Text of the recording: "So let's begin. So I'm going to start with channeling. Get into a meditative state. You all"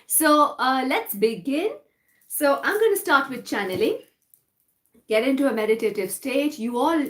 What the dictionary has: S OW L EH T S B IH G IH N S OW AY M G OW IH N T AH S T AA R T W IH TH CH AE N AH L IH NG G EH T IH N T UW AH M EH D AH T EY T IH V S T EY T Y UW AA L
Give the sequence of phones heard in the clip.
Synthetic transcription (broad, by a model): S OW L EH T S B IH G IH N S OW AY M G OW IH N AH S T AA R T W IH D CH AE N AH L IH NG G EH T IH N T UW AH M EH D AH T EY T IH V S T EY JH Y UW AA L